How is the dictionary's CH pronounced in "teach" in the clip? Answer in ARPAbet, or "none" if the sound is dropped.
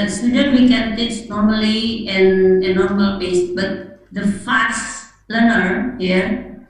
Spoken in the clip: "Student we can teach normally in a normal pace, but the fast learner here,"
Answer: S